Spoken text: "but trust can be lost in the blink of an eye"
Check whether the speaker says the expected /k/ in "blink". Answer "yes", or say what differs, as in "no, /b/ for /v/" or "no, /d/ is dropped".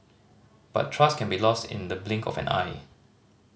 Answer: yes